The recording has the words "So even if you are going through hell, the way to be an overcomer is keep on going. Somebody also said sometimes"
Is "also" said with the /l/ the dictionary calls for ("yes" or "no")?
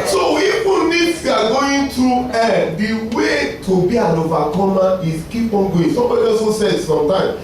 no